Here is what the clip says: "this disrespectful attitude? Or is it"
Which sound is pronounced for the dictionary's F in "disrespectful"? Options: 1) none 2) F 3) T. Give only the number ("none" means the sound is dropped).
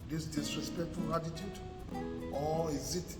1